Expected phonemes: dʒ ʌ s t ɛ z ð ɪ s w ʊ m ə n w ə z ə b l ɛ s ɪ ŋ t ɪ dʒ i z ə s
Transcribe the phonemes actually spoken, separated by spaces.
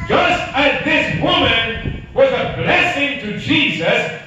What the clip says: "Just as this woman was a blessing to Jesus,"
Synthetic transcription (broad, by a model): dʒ ʌ s t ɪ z ð ɪ s w ʊ m ə n w ə z ə b l ɛ s ɪ ŋ t ɪ dʒ i z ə s